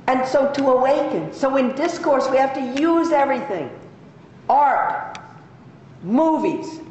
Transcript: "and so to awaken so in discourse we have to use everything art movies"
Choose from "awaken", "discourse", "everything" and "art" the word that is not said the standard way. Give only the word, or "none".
none